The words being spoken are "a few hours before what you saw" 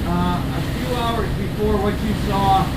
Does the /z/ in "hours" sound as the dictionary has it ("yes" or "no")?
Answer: yes